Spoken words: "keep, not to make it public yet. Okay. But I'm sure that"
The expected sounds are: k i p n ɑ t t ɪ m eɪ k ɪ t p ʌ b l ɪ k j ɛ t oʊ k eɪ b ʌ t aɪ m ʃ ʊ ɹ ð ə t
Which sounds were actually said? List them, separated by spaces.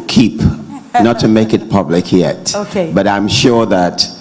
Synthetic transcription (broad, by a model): k i p n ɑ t t ɪ m eɪ k ɪ t p ʌ b l ɪ k j ɛ t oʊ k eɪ b ʌ t aɪ m ʃ ʊ ɹ ð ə t